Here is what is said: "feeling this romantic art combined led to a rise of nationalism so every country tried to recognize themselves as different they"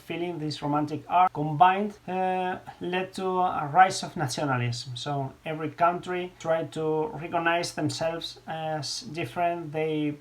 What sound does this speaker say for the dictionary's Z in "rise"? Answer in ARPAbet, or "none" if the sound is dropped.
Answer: S